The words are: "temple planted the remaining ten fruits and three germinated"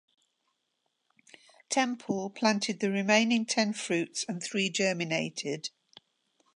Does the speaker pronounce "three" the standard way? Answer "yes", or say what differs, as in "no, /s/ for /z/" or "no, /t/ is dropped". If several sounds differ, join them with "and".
yes